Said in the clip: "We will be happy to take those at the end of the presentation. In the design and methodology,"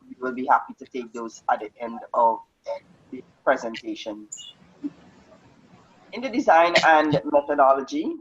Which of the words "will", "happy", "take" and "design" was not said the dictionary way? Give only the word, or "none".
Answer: none